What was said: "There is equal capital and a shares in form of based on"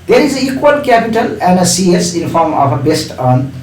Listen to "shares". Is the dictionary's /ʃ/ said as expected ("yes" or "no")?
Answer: no